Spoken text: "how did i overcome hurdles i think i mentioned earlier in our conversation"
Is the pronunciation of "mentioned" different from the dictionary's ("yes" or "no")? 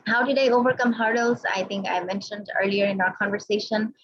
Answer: no